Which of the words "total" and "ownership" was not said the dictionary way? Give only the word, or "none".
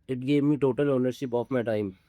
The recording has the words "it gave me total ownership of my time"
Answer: ownership